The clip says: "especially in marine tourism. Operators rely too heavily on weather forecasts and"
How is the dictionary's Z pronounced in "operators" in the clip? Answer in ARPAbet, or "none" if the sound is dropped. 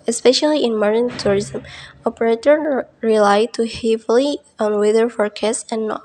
none